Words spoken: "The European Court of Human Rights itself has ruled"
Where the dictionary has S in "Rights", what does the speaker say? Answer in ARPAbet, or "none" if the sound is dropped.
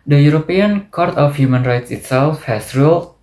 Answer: S